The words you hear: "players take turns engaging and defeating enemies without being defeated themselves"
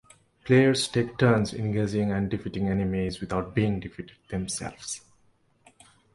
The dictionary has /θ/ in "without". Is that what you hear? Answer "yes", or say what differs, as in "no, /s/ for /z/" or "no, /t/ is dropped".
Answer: no, /t/ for /θ/